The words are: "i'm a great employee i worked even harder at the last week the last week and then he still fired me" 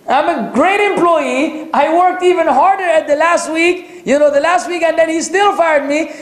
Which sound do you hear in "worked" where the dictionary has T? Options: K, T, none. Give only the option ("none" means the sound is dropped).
T